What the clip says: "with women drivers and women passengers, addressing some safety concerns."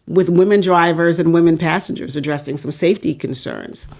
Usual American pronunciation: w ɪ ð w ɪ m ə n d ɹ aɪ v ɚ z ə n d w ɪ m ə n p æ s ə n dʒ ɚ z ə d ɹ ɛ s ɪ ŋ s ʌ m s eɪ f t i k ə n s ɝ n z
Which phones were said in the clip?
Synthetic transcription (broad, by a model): w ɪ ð w ɪ m ə n d ɹ aɪ v ɚ z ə n w ɪ m ə n p æ s n dʒ ɚ z ə d ɹ ɛ s ɪ ŋ s ʌ m s eɪ f t i k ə n s ɝ n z